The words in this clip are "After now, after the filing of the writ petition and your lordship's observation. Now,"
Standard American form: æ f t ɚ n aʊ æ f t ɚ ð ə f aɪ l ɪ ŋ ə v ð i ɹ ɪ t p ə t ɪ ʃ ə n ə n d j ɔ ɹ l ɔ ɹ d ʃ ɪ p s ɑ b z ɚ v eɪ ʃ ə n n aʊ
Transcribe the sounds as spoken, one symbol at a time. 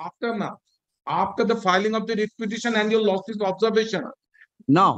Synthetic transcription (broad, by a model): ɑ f t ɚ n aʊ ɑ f t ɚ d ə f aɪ l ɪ ŋ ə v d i ɹ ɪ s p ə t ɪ ʃ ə n ə n d j ɔ ɹ l ɔ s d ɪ s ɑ b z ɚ v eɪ ʃ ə n n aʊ